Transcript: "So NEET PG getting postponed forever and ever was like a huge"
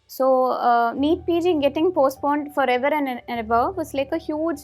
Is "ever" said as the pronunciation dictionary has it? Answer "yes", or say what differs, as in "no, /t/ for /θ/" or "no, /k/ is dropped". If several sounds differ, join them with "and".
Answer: no, /b/ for /v/